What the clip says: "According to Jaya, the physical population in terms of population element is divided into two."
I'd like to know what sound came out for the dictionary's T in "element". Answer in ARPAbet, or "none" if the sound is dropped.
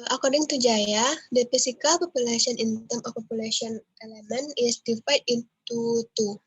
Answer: none